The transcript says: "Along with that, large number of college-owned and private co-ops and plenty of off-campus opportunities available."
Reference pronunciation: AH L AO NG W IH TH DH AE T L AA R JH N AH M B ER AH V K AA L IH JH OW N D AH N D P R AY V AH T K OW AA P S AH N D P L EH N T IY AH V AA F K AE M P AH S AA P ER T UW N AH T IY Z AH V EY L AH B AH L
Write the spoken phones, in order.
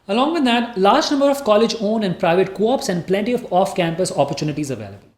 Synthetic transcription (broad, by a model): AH L AO NG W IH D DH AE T L AA R JH N AH M B ER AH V K AA L IH JH OW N AH N D P R AY V AH T K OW AA P S AH N D P L EH N T IY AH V AA F K AE M P AH S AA P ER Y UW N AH T IY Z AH V EY L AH B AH L